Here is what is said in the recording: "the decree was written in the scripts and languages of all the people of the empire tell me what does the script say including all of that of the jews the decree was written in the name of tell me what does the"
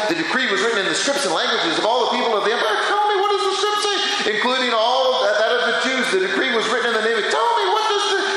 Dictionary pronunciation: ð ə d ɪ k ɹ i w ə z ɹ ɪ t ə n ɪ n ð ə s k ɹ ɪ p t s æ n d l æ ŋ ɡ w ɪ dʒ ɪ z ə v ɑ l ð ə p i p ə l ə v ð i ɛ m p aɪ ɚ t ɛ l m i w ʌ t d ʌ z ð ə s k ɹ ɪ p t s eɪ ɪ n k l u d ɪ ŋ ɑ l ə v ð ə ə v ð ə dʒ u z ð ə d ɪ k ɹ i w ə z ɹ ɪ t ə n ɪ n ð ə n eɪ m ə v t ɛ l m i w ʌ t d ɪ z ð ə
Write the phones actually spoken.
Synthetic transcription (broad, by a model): ð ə d ɪ k ɹ i w ə z ɹ ɪ t n ɪ n ð ə s k ɹ ɪ p t s n l æ ŋ ɡ w ɪ dʒ ɪ z ə v ɑ l ð ə p i p l ə v ð i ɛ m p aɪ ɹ t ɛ l m i w ʌ t d ʌ z ð ə s k ɹ ɪ p t s eɪ ɪ n k l u d ɪ ŋ ɑ l ə v ð ə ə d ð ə tʃ u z ð ə d ɪ k ɹ i w ə z ɹ ɪ t n ɪ n ð ə n eɪ m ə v t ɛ l m i w ʌ t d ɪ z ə